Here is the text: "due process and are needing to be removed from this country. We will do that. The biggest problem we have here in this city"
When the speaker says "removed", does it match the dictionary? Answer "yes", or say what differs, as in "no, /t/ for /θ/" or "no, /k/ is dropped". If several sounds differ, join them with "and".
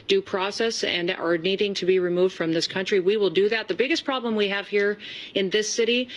yes